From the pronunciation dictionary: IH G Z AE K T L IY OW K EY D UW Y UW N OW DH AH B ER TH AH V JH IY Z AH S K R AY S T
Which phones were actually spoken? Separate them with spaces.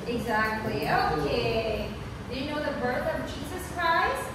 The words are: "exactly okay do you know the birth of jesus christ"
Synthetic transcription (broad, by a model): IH G Z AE K T L IY OW K EY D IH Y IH N OW DH AH B ER TH AH V JH IY Z AH S K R AY S T